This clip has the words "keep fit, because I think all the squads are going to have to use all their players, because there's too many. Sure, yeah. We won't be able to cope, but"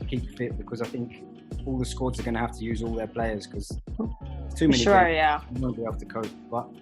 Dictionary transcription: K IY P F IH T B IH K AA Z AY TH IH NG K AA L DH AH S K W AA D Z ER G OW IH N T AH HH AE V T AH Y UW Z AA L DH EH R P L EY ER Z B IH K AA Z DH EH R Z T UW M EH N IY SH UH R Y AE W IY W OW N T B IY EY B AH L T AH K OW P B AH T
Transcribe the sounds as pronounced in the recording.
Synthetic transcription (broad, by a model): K IY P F IH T B IH K AA Z AY TH IH NG K AA L DH AH S K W AA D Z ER G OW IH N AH HH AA F T AH Y UW Z AA L DH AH P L EY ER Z K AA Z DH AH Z T UW M EH N IY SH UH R Y AE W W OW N B IY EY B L T AH K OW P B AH T